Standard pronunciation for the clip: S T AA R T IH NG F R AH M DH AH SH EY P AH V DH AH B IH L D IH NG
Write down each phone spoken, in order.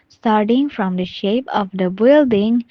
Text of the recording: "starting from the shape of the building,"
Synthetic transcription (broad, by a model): S T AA R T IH NG F R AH M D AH SH EY P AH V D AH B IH L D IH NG